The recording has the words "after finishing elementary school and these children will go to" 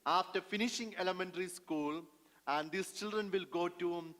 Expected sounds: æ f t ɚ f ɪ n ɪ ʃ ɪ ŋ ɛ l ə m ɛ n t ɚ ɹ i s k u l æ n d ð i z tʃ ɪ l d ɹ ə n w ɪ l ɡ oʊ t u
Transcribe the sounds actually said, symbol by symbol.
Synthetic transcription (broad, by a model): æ f t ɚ f ɪ n ɪ ʃ ɪ ŋ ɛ l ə m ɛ n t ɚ ɹ i s k u l æ n d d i s tʃ ɪ l d ɹ ə n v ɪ l ɡ oʊ t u